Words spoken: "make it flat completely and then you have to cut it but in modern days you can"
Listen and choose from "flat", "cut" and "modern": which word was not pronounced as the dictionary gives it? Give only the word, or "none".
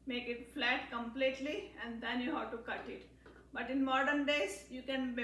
none